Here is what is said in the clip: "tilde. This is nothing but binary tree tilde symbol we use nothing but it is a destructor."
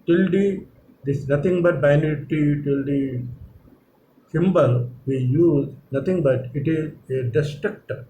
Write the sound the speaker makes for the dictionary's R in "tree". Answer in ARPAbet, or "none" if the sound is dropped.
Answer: none